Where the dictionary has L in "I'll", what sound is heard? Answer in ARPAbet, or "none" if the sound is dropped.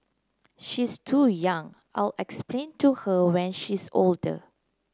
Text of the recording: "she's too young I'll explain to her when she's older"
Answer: L